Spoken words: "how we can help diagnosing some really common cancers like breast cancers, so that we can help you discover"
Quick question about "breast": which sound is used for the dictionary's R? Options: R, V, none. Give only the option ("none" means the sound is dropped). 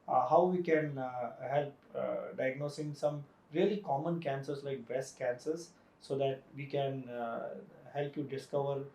none